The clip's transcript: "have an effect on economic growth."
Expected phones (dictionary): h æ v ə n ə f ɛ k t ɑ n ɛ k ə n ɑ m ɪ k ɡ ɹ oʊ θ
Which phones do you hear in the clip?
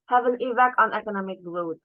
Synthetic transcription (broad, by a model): h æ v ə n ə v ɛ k ɑ n ɛ k ə n ɑ m ɪ k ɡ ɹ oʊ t